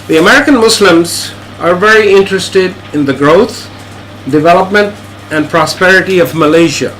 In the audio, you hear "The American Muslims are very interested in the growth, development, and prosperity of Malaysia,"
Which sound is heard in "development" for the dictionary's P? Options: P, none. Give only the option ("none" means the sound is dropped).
P